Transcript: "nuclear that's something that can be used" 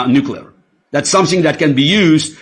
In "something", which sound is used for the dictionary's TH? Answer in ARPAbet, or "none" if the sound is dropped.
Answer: TH